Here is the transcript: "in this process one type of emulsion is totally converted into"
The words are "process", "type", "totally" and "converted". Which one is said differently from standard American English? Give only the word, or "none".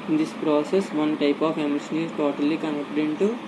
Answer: converted